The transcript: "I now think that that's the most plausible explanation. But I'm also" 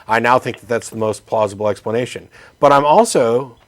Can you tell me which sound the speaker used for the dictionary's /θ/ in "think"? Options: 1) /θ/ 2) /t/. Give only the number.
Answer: 1